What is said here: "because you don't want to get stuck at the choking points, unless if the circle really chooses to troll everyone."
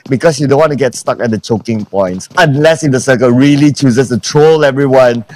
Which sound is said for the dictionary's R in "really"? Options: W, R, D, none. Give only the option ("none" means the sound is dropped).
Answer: R